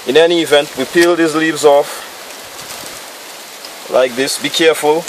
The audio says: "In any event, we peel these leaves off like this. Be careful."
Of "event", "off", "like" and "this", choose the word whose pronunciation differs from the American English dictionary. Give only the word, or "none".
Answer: none